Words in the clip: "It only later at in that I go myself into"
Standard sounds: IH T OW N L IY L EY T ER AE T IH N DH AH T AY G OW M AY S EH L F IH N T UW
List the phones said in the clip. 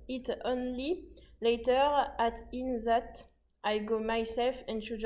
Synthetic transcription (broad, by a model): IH T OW N L IY L EY T ER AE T IH N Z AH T AY G OW M AY S EH L F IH N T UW